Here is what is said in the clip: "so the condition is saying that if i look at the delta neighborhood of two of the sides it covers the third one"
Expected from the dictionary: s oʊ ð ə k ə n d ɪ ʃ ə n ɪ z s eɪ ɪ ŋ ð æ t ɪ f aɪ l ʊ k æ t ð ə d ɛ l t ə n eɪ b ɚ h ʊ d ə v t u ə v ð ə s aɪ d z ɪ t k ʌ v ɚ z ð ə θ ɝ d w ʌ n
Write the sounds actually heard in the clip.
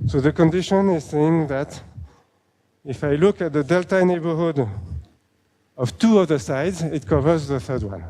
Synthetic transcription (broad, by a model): s oʊ ð ə k ə n d ɪ ʃ ə n ɪ z s eɪ ɪ ŋ ð æ t ɪ f aɪ l ʊ k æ t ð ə d ɛ l t ə n eɪ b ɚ h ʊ d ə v t u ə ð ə s aɪ d z ɪ t k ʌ v ɚ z ð ə θ ɝ d w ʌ n